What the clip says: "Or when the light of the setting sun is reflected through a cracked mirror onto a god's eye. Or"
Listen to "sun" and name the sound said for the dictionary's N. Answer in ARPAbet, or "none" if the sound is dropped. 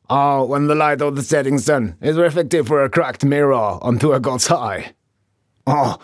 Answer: N